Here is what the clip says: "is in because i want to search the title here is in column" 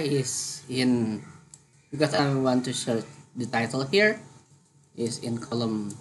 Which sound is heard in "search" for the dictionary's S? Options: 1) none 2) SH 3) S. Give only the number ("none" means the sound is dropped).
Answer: 2